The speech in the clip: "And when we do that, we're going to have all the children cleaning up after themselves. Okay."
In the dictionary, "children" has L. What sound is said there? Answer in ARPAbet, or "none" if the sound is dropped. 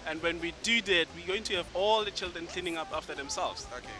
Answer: L